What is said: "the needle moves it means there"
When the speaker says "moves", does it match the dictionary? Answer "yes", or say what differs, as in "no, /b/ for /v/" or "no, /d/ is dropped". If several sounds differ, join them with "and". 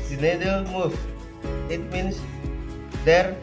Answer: no, /z/ is dropped